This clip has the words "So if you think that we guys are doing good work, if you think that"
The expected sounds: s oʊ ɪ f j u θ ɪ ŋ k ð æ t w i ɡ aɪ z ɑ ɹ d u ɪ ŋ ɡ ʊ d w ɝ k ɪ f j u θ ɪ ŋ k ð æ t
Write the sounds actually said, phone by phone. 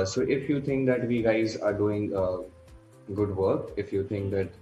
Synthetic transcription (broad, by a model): s oʊ ɪ f j u t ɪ ŋ k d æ t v i ɡ aɪ z ɑ ɹ d u ɪ ŋ ɡ ʊ d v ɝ k ɪ f j u t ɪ ŋ k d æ t